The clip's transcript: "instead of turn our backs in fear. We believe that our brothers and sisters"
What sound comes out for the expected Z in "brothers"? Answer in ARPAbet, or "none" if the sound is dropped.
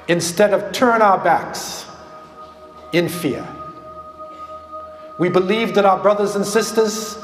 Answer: Z